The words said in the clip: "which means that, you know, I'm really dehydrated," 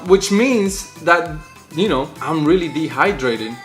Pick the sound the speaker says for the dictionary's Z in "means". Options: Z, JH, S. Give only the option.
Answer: Z